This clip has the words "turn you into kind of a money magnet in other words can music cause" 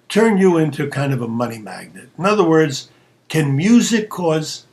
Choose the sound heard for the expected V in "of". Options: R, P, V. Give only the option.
V